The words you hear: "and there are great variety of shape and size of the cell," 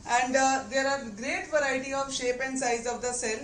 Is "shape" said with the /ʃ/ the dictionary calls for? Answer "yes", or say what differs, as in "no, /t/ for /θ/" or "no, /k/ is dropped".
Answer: yes